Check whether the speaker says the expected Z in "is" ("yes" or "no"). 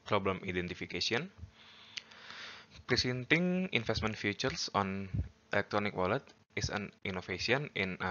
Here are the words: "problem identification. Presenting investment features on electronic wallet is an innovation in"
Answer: no